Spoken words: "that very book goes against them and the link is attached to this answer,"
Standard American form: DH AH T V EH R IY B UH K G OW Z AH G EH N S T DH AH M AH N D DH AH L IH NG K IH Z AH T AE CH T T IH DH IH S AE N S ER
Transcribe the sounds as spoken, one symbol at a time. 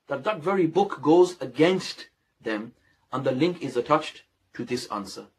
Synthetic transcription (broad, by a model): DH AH T V EH R IY B UH K G OW Z AH G EH N S T DH AH M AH N DH AH L IH NG K IH Z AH T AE CH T T IH DH IH S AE N S ER